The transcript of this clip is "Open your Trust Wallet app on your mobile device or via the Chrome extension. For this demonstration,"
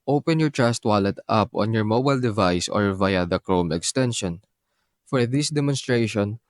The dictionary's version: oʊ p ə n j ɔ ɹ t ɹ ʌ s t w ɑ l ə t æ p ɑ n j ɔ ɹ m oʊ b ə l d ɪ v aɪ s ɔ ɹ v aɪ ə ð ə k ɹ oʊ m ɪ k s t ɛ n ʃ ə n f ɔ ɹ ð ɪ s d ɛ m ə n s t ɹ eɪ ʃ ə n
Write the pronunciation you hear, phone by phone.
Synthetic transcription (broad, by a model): oʊ p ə n j ɔ ɹ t ɹ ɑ s t w ɑ l ə t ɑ p ɑ n j ɔ ɹ m oʊ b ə l d ɪ v aɪ s ɔ ɹ v aɪ ə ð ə k ɹ oʊ m ɪ k s t ɛ n ʃ ə n f ɔ ɹ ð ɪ s d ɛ m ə n s t ɹ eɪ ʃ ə n